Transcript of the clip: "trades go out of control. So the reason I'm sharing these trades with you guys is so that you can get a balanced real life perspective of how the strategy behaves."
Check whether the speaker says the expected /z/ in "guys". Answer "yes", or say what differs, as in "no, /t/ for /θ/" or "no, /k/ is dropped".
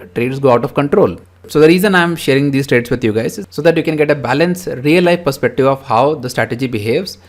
no, /z/ is dropped